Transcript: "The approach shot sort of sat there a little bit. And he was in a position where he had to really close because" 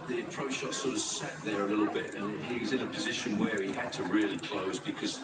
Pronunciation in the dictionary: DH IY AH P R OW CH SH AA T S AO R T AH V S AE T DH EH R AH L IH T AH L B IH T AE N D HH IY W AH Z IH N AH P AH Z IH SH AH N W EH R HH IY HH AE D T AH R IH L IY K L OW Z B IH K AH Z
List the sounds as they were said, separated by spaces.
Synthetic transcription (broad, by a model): DH IY AH P R OW CH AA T S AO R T AH V S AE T DH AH R AH L IH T L B IH T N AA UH IY W AH Z IH N AH P AH Z IH SH AH N W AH R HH IY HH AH D T AH R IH L IY K L OW Z B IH K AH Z